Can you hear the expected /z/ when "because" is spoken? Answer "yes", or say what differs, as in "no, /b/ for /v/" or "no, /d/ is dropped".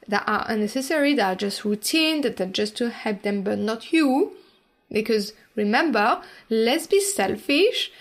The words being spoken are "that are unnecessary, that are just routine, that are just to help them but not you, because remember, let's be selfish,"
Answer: yes